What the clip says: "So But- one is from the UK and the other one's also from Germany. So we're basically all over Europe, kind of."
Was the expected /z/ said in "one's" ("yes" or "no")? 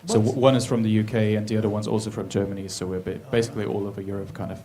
yes